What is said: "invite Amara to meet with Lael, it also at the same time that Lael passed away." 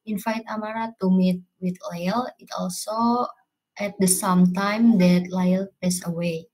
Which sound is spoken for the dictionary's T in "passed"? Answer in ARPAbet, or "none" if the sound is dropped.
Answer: none